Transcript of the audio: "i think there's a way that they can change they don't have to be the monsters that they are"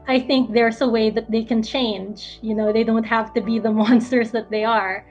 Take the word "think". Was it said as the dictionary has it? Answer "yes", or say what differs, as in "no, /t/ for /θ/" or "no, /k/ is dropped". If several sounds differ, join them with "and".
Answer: yes